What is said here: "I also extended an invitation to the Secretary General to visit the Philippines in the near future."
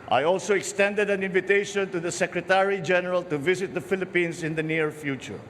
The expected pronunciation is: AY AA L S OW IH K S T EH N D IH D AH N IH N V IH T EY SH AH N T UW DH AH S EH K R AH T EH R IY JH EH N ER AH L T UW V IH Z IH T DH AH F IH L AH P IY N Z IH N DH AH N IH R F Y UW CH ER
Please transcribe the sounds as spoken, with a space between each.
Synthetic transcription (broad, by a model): AY AA L S OW IH K S T EH N D IH D AH N IH N V IH T EY SH AH N T UW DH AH S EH K R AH T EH R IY JH EH N ER AH L T UW V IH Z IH T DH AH F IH L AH P IY N S IH N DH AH N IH R F Y UW CH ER